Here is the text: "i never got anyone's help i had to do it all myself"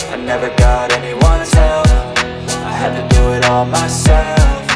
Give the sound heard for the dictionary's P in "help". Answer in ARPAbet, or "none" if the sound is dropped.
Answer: F